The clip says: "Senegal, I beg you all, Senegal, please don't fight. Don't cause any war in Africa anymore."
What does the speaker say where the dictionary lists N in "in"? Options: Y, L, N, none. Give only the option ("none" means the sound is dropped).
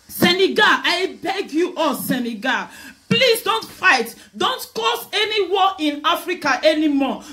N